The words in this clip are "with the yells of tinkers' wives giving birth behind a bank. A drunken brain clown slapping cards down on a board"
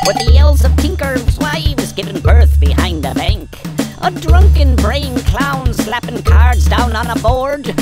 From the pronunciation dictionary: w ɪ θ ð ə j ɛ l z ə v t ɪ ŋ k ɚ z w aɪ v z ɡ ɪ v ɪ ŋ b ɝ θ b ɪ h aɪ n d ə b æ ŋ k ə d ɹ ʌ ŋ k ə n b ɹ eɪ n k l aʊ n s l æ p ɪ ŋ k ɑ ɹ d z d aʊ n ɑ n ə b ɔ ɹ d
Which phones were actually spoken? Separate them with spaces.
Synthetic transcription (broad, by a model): w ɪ ð ə j ɛ l z ə v t ɪ ŋ k ɚ z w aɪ w z ɡ ɪ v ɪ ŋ b ɝ θ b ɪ h aɪ n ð ə b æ ŋ k ə d ɹ ʌ ŋ k ə n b ɹ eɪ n k l aʊ n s l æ p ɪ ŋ k ɑ ɹ d z d aʊ n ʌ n ə b ɔ ɹ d